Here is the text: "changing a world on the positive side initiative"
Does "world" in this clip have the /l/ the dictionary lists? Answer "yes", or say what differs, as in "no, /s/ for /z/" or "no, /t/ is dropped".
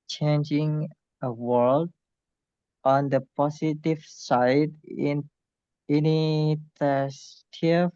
yes